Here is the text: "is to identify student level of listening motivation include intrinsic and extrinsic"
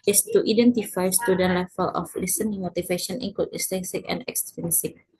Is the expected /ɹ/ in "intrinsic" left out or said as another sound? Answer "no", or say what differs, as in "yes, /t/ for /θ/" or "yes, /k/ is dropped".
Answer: yes, /ɹ/ is dropped